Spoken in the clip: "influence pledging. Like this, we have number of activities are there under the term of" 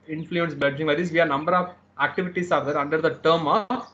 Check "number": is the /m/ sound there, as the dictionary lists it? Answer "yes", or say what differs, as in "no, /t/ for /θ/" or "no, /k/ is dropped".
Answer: yes